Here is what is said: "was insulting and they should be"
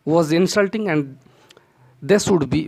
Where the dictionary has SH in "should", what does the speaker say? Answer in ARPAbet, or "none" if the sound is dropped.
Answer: S